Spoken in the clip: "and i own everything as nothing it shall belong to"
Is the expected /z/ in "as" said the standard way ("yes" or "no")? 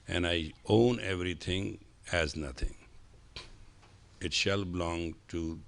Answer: yes